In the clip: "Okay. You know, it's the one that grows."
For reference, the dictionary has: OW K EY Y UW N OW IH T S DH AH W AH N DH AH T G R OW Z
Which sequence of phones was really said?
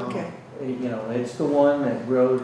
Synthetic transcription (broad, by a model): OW K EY Y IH N OW IH T S DH AH W AH N DH AH T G R OW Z